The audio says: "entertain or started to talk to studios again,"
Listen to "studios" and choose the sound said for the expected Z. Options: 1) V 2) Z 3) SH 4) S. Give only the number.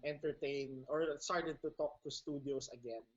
4